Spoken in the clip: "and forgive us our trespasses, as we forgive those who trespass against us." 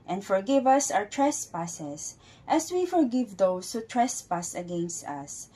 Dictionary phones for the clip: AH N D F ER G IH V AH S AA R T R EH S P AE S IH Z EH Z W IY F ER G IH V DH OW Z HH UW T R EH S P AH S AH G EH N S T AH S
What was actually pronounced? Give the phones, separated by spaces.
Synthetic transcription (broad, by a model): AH N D F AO G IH V AH S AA W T R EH S P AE S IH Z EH S W IY F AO G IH V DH OW S HH UW T R EH S P AH S AH G EH N S T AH S